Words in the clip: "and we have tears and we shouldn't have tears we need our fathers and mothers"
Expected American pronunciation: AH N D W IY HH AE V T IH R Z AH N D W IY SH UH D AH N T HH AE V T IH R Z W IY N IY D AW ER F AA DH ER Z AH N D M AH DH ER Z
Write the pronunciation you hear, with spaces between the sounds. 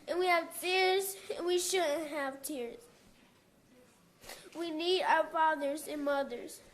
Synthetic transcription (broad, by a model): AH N W IY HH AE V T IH R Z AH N W IY SH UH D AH N T HH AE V T IH R Z W IY N IY D AW ER F AA DH ER Z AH N M AH DH ER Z